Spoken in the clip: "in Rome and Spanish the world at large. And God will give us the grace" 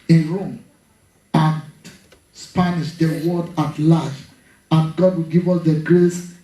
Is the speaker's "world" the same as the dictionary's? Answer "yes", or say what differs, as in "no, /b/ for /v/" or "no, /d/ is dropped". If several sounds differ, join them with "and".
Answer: no, /l/ is dropped